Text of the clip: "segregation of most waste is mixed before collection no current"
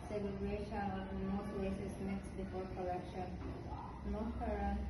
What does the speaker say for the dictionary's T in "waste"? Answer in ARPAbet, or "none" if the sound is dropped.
none